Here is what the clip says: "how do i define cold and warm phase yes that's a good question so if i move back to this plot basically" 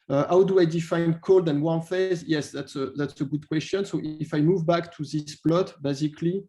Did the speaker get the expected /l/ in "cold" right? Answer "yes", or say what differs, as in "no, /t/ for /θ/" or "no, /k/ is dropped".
yes